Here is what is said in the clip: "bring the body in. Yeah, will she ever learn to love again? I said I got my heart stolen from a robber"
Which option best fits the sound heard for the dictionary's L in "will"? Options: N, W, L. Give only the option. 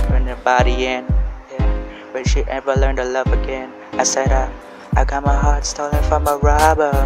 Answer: N